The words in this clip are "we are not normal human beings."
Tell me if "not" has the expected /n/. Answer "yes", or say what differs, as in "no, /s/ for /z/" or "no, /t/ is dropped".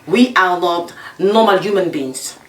no, /l/ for /n/